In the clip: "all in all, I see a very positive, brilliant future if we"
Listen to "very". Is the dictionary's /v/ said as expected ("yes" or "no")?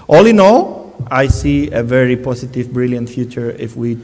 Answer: yes